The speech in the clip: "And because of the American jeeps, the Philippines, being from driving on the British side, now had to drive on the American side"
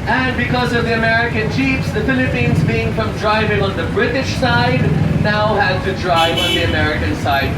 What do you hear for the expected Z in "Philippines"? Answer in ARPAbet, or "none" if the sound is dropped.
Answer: Z